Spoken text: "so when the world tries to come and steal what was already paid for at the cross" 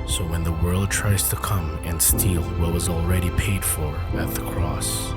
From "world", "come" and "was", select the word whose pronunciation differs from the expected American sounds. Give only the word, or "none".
none